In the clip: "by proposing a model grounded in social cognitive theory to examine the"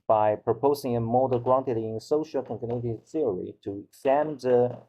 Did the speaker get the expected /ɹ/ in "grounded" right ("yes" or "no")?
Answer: no